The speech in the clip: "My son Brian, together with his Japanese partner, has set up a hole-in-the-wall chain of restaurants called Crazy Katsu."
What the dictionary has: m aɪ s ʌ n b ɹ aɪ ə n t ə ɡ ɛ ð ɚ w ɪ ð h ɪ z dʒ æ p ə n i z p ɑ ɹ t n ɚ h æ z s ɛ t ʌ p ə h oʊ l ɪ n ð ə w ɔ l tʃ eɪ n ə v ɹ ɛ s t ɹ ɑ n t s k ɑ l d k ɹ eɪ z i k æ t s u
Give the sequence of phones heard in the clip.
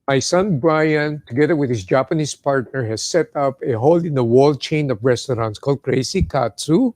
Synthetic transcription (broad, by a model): m aɪ s ʌ n b ɹ aɪ ə n t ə ɡ ɛ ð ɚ w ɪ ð h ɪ s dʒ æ p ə n i s p ɑ ɹ t n ɚ h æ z s ɛ t ʌ p ə h oʊ l ɪ n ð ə w ɔ l tʃ eɪ n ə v ɹ ɛ s t ɹ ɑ n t s k ɑ l d k ɹ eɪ s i k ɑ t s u